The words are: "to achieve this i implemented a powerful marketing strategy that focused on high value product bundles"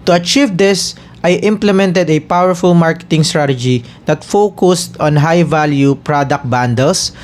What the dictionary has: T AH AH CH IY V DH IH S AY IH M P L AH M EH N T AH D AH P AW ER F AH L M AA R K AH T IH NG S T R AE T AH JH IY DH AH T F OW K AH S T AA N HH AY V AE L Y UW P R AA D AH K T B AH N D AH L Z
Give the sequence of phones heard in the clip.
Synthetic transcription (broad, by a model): T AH AH CH IY V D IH S AY IH M P L AH M EH N T AH D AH P AW ER F AH L M AA R K AH T IH NG S T R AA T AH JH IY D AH T F OW K AH S T AA N HH AY V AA L Y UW P R AA D AH K T B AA N D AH L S